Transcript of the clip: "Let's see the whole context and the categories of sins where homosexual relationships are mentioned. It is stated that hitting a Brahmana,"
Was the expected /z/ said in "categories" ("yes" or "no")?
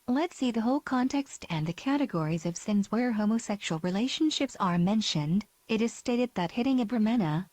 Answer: yes